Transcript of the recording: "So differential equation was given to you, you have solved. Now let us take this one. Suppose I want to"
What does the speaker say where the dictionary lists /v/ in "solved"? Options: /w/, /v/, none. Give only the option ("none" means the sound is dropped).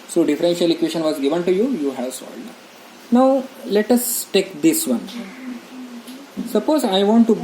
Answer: none